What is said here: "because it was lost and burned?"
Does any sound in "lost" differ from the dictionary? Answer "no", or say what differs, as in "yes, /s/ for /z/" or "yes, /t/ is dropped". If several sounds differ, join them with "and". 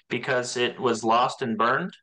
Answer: no